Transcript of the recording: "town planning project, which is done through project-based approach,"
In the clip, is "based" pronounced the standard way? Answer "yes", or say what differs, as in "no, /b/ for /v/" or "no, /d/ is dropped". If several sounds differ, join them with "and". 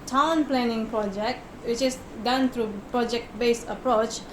no, /t/ is dropped